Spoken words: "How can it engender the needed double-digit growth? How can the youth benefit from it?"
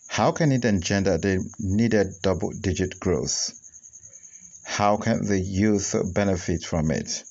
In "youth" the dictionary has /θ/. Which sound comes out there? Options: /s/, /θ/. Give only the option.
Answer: /θ/